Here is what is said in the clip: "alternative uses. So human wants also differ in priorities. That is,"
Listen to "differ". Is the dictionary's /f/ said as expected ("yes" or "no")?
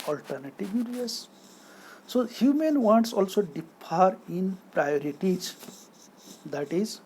no